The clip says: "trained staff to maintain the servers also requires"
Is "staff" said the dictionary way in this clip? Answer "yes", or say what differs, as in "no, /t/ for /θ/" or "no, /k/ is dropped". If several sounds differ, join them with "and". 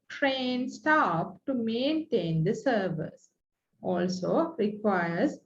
no, /p/ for /f/